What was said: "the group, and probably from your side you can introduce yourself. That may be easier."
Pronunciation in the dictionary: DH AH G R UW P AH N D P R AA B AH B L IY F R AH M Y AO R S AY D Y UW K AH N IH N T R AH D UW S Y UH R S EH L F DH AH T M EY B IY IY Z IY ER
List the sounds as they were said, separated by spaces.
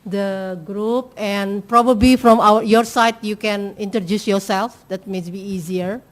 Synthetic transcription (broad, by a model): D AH G R UW P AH N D P R AA B AH B L IY F R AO M Y AO R S AY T Y UW K AH N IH N T R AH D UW S Y UH R S EH L F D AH T M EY B IY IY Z IY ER